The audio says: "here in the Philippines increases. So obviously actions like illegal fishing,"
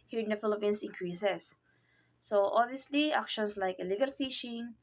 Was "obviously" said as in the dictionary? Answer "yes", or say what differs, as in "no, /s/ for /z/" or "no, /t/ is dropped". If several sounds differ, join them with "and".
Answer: yes